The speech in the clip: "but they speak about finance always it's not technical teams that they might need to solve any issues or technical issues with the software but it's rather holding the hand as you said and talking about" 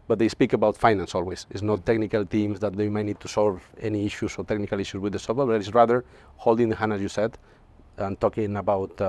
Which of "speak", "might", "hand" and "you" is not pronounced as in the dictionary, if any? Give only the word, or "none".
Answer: hand